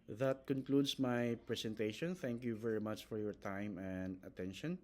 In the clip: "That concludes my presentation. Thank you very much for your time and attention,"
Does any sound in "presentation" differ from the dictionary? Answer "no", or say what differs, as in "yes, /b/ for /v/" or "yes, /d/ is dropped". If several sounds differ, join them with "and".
yes, /s/ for /z/